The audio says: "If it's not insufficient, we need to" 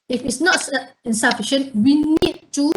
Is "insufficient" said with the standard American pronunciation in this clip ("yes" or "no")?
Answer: yes